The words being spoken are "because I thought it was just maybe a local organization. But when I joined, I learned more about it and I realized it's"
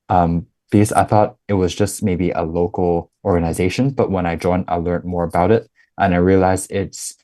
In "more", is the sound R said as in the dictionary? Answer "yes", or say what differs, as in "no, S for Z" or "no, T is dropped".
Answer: yes